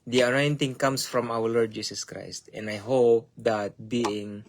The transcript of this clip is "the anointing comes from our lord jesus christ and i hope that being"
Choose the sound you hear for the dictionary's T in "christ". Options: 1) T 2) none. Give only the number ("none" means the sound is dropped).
1